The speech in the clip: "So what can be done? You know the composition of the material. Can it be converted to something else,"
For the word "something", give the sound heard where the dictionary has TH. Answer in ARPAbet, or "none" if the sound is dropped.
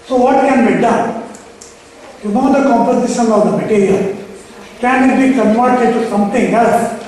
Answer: T